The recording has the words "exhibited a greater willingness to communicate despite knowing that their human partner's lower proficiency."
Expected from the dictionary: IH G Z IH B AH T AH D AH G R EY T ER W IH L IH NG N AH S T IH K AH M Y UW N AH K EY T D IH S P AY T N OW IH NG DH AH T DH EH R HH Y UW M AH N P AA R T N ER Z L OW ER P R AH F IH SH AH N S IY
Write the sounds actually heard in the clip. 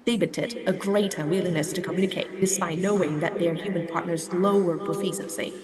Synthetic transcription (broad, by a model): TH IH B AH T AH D AH G R EY T ER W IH L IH N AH S T IH K AH M Y UW N AH K EY T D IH S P AY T N OW IH NG DH AH T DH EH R HH Y UW M AH N P AA R T N ER Z L OW ER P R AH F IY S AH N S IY